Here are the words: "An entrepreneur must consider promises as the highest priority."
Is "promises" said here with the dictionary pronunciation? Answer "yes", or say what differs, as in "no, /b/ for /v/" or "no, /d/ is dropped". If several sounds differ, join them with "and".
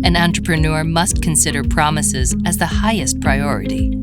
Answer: yes